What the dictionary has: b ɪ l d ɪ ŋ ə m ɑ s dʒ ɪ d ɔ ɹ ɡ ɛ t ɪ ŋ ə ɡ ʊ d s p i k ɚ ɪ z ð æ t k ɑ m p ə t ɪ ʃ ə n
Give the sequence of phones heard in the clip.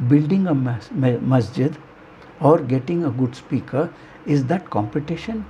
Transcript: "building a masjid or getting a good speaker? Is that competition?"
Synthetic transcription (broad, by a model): b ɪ l d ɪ ŋ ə m ɑ s dʒ ɪ d ɔ ɹ ɡ ɛ t ɪ ŋ ə ɡ ʊ d s p i k ɚ ɪ z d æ t k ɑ m p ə t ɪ ʃ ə n